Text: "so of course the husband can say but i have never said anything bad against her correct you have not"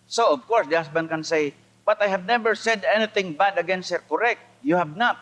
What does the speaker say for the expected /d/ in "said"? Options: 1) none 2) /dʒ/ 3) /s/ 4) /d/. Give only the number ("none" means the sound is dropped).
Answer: 4